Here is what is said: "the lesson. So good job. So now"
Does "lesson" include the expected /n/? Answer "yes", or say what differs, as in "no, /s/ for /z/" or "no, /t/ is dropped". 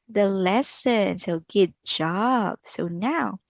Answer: yes